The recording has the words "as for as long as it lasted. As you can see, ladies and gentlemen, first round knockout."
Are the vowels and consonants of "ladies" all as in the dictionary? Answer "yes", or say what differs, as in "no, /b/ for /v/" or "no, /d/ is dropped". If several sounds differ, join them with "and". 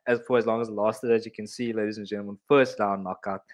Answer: yes